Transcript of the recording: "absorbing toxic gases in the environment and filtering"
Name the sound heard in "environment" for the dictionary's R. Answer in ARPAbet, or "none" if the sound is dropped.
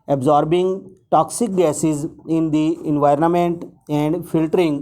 R